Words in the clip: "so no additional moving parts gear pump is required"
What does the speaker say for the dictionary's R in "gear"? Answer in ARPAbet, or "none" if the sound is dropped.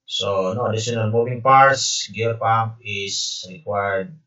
L